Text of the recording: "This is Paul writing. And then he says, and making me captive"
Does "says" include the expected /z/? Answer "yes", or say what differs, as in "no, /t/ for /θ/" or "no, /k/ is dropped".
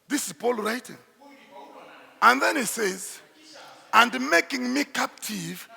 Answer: yes